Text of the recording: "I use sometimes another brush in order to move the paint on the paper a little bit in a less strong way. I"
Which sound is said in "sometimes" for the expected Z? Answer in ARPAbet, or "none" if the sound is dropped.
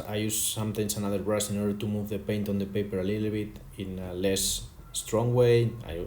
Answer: S